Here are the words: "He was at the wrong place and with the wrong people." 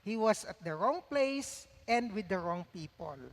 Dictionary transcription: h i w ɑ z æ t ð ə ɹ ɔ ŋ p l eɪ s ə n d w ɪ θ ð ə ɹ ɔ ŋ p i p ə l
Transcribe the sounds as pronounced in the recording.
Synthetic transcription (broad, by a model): h i w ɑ s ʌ t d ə ɹ ɔ ŋ p l eɪ s ə n d w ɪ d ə ɹ ɔ ŋ p i p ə l